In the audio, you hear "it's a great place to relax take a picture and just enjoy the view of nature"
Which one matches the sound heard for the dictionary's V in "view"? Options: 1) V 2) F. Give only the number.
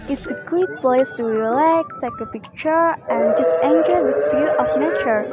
2